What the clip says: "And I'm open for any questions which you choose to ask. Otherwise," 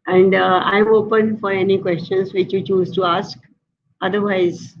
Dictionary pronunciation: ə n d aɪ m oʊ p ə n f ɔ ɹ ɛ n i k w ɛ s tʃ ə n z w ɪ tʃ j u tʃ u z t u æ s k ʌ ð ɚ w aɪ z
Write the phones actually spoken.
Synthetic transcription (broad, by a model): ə n d aɪ m oʊ p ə n f ɔ ɹ ɛ n i k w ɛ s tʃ ə n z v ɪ tʃ j u tʃ u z t u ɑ s k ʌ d ɚ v aɪ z